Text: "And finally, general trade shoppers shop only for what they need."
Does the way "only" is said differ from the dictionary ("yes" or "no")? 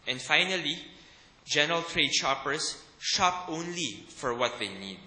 no